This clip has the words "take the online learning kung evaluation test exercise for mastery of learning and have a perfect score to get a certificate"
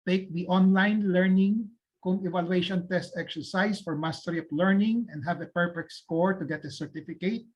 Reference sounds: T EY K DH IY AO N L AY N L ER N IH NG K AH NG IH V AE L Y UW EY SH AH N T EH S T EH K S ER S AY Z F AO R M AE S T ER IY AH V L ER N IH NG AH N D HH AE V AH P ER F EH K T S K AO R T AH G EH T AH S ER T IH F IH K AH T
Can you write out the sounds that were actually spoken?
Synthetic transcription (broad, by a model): T EY K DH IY AO N L AY N L ER N IH NG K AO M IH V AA L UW EY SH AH N T EH S T EH K S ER S AY S F AO R M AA S T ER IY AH P L ER N IH NG AH N D HH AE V AH P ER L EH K S K AO R T AH G EH T AH S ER T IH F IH K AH T